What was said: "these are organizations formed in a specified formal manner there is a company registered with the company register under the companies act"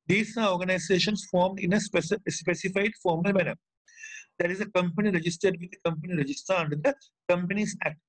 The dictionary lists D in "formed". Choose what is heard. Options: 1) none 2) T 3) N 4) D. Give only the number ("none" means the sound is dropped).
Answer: 4